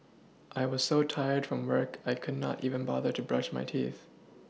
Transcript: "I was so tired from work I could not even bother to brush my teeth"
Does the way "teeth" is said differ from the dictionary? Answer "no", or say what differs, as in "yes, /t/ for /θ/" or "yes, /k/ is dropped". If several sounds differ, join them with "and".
no